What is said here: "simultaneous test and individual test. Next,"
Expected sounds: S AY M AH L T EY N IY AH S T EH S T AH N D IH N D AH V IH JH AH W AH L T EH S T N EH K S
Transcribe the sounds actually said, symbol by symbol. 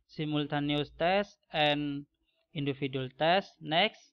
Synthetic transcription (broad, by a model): S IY M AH L T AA N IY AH S T EH S T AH N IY N D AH F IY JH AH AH L T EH S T N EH K S